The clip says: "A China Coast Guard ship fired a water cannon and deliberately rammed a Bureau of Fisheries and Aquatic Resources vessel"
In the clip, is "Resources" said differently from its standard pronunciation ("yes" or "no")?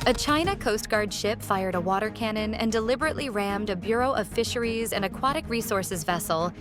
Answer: no